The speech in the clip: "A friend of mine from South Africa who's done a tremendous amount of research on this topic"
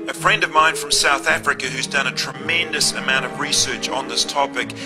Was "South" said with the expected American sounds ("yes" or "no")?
yes